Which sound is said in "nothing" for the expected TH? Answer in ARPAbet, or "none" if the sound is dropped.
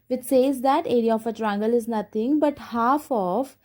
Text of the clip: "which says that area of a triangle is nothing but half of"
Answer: T